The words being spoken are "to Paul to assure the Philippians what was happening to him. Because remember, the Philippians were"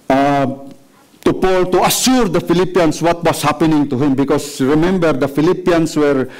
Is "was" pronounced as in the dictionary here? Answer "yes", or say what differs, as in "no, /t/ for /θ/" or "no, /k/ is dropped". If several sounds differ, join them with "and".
no, /s/ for /z/